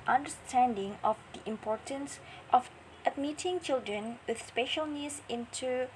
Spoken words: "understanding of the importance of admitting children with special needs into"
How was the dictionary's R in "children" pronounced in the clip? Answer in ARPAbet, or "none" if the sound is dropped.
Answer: R